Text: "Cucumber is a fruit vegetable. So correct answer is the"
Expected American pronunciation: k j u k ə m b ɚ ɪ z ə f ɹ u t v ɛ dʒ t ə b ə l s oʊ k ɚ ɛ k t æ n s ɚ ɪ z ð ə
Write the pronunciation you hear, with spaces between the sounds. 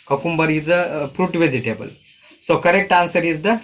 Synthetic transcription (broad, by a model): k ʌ k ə m b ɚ ɪ z ə p ɹ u t v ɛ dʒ t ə b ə l s oʊ k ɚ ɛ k t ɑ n s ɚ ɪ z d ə